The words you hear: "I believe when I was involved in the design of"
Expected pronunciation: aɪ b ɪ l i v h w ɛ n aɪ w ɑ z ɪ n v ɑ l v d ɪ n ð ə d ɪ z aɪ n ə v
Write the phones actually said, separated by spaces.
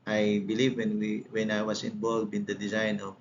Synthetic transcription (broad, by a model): aɪ b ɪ l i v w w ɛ n aɪ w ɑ s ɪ n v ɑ l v ɪ n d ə d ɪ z aɪ n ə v